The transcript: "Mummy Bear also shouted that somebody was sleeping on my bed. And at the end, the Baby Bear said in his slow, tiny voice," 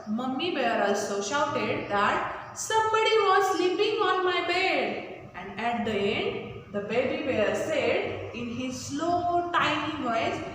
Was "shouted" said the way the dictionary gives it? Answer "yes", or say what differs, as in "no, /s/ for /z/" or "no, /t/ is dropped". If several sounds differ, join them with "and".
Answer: yes